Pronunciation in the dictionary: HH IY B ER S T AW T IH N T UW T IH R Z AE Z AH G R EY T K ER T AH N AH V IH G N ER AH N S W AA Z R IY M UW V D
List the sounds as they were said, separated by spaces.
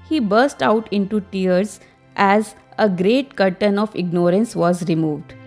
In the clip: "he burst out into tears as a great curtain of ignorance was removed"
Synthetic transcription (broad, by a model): HH IY B ER S T AW T IH N T UW T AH R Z AE Z AH G R EY T K ER T AH N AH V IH G N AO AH N S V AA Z R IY M UW V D